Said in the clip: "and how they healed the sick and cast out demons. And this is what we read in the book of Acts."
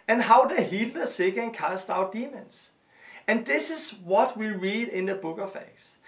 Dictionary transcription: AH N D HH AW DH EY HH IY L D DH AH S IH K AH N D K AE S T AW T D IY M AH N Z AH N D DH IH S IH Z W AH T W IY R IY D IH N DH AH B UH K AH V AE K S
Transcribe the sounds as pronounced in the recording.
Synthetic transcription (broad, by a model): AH N HH AW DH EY HH IY L D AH S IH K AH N K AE S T AW T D IY M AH N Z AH N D DH IH S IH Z W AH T W IY R IY D IH N DH AH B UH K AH F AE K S